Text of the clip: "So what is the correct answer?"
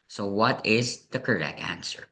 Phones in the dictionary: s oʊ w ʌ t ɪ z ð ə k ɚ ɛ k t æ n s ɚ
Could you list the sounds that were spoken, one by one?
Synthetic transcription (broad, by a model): s oʊ w ʌ t ɪ z ð ə k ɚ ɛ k æ n s ɚ